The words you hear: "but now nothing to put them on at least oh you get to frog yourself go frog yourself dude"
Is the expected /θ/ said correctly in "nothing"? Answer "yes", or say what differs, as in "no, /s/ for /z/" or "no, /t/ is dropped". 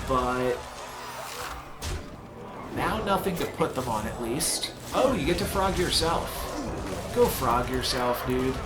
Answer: yes